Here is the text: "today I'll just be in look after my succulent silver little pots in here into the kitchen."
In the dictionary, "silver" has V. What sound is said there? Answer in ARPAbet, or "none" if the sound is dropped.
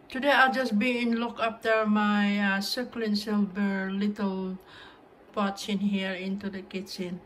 B